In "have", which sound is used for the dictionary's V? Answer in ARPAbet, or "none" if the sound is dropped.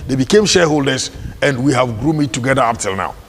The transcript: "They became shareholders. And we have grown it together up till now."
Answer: V